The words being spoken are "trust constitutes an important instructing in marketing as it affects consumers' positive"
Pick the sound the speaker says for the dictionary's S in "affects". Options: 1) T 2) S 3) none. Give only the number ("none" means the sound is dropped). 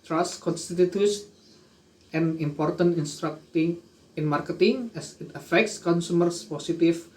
2